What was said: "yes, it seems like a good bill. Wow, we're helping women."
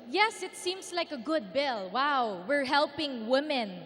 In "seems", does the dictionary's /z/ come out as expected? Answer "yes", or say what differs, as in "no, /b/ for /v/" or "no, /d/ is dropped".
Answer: no, /s/ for /z/